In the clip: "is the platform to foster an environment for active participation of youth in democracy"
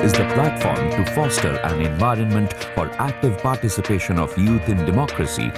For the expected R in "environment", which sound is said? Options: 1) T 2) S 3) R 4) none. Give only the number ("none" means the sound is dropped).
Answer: 3